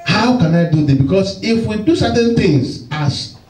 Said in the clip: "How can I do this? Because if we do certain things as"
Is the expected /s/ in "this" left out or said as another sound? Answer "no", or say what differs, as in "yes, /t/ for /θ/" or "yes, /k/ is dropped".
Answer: yes, /s/ is dropped